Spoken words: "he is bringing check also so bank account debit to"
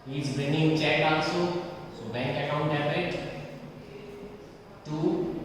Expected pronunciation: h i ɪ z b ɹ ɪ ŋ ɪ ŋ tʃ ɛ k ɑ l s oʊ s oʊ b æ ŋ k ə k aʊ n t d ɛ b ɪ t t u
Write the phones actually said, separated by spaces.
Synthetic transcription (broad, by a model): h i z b ɪ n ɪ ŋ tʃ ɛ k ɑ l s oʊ s oʊ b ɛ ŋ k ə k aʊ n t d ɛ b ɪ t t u